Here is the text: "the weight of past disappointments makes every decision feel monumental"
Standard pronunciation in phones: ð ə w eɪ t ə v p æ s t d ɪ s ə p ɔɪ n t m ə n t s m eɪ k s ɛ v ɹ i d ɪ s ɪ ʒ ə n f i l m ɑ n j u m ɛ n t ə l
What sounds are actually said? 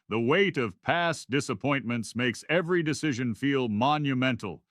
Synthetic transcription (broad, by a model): ð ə w eɪ t ə v p æ s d ɪ s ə p ɔɪ n m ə n t s m eɪ k s ɛ v ɹ i d ɪ s ɪ ʒ ə n f i l m ɑ n j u m ɛ n t l